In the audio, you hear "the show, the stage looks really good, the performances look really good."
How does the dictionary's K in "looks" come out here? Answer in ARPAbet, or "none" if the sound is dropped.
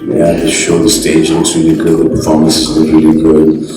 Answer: none